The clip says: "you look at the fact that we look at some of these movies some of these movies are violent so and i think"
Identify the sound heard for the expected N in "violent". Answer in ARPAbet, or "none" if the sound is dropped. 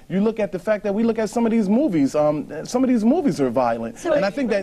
N